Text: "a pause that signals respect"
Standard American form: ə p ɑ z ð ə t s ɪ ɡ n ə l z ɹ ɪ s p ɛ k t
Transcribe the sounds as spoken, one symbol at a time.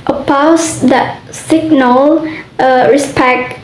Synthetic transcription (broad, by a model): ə p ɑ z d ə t s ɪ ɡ n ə l ɹ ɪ s p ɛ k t